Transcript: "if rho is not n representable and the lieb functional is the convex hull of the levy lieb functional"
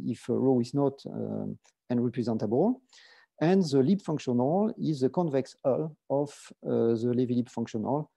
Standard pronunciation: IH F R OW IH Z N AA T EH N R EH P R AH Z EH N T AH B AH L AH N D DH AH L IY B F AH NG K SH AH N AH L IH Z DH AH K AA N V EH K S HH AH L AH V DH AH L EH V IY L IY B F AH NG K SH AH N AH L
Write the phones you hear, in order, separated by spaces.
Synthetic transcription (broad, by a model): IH F R OW IH Z N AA T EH N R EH P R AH Z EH N T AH B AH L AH N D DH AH L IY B F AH NG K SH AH N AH L IH Z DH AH K AA N V EH K S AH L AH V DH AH L EH V IY L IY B F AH NG K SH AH N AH L